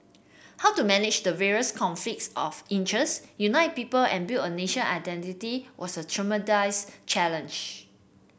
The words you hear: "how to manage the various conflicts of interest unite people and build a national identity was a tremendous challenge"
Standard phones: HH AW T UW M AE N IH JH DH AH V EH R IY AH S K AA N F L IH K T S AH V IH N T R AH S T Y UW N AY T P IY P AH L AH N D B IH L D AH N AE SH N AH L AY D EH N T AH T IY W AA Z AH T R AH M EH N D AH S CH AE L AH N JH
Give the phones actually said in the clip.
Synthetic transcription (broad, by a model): HH AW T UW M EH N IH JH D AH V EH R IY AH S K AA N F L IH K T S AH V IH N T R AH S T Y UW N AY T P IY P AH L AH N B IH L AH N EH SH AH N AY D EH N T AH T IY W AA S AH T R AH M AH D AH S CH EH L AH N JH